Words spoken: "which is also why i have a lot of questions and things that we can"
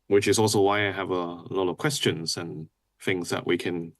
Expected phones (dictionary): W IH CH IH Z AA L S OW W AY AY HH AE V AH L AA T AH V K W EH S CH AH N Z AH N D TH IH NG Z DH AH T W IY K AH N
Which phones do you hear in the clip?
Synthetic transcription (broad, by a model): W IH CH IH Z AA L S OW W AY AY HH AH V AH L AA T AH V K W EH S CH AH N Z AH N TH IH NG Z DH AH T W IY K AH N